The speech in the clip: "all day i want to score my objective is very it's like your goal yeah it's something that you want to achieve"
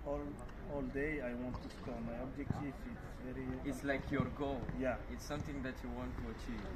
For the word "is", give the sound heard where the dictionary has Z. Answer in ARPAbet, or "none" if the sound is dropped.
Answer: S